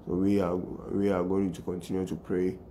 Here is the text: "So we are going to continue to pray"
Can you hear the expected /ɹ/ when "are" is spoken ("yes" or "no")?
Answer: no